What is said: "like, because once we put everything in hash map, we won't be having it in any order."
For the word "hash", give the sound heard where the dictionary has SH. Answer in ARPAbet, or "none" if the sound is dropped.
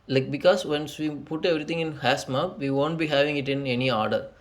S